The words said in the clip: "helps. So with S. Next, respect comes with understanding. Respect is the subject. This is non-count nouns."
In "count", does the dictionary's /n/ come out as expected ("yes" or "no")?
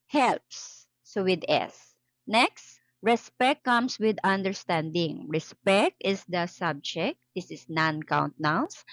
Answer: yes